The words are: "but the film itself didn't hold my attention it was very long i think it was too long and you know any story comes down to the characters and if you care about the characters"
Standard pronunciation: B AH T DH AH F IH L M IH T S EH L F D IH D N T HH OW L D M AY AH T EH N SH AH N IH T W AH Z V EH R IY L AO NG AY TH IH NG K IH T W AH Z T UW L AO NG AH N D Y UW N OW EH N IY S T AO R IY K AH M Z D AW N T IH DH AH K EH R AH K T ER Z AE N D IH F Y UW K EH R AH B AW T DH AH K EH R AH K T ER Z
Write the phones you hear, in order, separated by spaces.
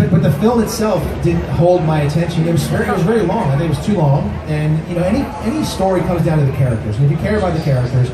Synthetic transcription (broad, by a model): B AH T DH AH F IH L M IH T S EH L F D IH D N T HH OW L D M AY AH T EH N SH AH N IH T W AH Z V EH R IY L AO NG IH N IH T W AH Z T UW L AO NG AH N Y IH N OW EH N IY S T AO R IY K AH M Z D AW N T IH DH AH K EH R AH K T ER Z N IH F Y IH K EH R AH B AW T DH AH K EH R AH K T ER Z